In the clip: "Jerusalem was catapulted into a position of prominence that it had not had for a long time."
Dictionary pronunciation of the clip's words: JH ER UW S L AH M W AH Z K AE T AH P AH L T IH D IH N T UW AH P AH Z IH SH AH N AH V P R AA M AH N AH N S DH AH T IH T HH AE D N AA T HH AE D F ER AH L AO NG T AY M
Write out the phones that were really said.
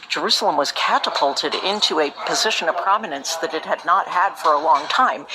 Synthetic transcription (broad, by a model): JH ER UW S L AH M W AH Z K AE T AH P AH L T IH D IH N T UW AH P AH Z IH SH AH N AH V P R AA M AH N AH N S DH AH T IH T HH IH D N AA T HH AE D F ER AH L AO NG T AY M